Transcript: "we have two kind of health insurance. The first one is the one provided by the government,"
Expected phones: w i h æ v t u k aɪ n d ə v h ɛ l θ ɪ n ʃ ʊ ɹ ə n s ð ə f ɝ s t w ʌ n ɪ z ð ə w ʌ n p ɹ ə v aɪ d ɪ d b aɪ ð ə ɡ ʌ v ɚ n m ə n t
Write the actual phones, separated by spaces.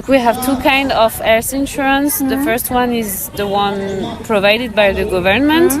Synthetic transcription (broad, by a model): w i h æ v t u k aɪ n d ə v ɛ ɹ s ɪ n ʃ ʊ ɹ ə n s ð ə f ɝ s t w ʌ n ɪ z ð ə w ʌ n p ɹ ə v aɪ d ɪ d b aɪ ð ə ɡ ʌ v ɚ n m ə n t